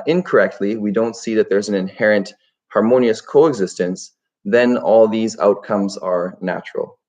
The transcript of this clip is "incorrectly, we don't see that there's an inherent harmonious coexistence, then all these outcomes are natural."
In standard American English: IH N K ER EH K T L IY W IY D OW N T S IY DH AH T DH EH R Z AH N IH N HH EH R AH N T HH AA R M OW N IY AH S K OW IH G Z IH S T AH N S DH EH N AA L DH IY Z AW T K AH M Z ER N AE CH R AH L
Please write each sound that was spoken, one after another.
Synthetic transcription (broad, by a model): IH N K ER EH K T L IY W IY D OW N T S IY DH AH T DH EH R Z N IH N HH EH R AH N T HH AA R M OW N IY AH S K OW IH G Z IH S T AH N S DH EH N AA L DH IY Z AW T K AH M Z ER N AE CH R L